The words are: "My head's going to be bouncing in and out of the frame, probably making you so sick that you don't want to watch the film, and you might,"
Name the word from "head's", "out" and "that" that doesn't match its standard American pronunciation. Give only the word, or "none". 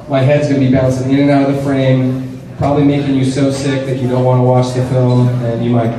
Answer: none